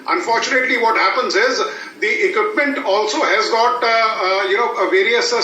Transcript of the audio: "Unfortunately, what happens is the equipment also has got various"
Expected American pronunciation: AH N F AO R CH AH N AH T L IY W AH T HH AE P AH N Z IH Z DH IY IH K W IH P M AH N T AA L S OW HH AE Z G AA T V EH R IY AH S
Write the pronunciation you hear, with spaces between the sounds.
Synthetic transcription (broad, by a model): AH N F AO R CH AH N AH T L IY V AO T HH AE P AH N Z IH Z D IY IH K W IH P M AH N T AA L S OW HH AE Z G AA T V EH R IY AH S